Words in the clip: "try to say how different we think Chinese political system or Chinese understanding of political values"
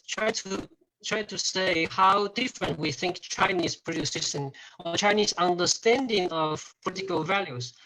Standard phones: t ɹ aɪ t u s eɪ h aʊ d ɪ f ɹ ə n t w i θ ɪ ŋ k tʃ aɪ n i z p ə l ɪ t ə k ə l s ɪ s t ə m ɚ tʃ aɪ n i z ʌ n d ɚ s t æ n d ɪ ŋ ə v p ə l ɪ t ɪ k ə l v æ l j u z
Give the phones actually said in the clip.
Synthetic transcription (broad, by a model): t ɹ aɪ t u s eɪ h aʊ d ɪ f ɹ ə n t w i θ ɪ ŋ k tʃ aɪ n i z p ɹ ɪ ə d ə s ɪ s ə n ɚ tʃ aɪ n i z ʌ n d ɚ s t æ n d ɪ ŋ ə v p ə l ɪ t ɪ k ə l v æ l j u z